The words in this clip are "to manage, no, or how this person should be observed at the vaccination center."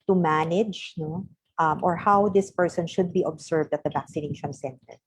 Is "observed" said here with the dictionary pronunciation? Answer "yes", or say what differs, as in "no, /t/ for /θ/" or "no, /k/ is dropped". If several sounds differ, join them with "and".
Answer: no, /s/ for /z/